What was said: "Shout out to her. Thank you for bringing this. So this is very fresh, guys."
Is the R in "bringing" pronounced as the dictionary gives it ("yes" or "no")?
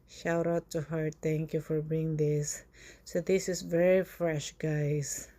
no